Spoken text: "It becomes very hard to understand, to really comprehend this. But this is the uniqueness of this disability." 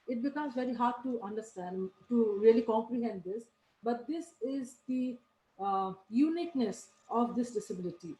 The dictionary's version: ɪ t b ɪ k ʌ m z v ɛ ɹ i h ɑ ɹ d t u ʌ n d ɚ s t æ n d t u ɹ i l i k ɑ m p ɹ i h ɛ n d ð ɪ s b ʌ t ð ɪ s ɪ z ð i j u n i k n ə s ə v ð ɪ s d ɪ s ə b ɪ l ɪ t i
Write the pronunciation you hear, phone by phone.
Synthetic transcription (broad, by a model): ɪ t b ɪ k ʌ m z v ɛ ɹ i h ɑ ɹ d t u ʌ n d ɚ s t æ n d t u ɹ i l i k ɑ m p ɹ i h ɛ n d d ɪ s b ʌ t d ɪ s ɪ z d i j u n i k n ə s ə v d ɪ s d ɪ s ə b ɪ l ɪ t i